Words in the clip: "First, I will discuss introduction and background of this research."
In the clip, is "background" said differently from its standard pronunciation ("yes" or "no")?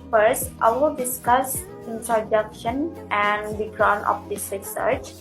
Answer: yes